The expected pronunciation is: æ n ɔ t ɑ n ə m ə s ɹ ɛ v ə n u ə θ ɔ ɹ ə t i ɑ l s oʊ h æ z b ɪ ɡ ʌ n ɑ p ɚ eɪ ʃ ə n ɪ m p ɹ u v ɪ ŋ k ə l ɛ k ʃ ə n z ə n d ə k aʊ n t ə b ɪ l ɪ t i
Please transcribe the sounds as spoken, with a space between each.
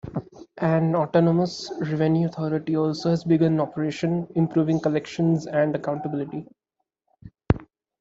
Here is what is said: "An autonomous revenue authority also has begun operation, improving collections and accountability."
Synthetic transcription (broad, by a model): æ n ɔ t ɑ n ə m ə s ɹ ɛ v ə n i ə t ɔ ɹ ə t i ɑ l s oʊ h æ z b ɪ ɡ ʌ n ɑ p ɚ eɪ ʃ ə n ɪ m p ɹ u v ɪ ŋ k ə l ɛ k ʃ ə n z ə n d ə k aʊ n t ə b ɪ l ɪ t i